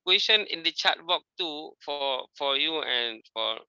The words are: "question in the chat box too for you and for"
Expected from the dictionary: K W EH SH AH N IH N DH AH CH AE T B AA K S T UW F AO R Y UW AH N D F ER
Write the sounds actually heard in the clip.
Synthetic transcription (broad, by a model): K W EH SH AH N IH N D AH CH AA T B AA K T UW F AO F Y UW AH N F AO